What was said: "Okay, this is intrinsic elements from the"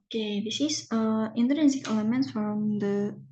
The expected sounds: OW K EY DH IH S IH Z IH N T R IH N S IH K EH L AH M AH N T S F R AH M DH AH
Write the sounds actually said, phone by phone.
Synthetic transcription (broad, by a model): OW K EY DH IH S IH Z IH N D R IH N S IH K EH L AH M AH N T F R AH M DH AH